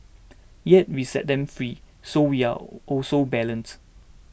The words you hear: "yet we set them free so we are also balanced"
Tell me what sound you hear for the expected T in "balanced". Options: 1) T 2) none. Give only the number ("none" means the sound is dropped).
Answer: 2